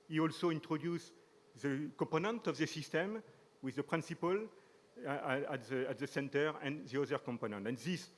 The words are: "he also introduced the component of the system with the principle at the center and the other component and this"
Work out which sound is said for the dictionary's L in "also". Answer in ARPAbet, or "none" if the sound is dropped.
L